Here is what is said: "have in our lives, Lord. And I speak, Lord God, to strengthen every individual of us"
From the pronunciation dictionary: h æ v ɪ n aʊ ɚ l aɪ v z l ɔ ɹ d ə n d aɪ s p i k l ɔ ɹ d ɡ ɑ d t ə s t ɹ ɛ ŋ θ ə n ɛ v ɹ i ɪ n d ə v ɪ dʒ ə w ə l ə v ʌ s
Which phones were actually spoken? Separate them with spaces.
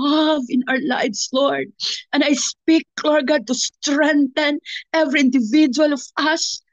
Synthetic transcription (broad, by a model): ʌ v ɪ n aʊ ɚ l aɪ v s l ɔ ɹ d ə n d aɪ s p i k l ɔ ɹ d ɡ ɑ d t ə s t ɹ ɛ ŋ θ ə n ɛ v ɹ i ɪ n d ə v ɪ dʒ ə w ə l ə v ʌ s